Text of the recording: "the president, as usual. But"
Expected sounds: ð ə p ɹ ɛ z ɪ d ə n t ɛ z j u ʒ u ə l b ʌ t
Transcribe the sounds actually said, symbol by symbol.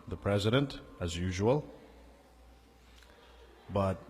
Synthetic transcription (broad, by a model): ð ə p ɹ ɛ z ɪ d ə n t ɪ z j u ʒ u ə l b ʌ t